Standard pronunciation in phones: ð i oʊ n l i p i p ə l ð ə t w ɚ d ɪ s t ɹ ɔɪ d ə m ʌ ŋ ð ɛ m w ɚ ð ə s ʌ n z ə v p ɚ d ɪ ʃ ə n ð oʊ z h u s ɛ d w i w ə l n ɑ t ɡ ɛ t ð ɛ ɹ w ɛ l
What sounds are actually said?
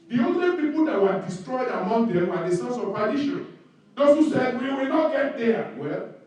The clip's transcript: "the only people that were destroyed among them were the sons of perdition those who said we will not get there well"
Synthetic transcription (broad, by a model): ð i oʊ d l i p i p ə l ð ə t w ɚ d ɪ s t ɹ ɔɪ d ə m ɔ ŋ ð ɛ m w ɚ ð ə s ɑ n s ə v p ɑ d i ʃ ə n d oʊ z h u s ɛ d w i w ə l n ɑ t ɡ ɛ t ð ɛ w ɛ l